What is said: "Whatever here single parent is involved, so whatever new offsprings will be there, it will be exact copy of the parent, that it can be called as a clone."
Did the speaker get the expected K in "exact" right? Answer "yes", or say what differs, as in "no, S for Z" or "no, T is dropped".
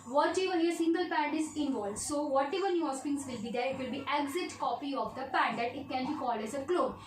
no, K is dropped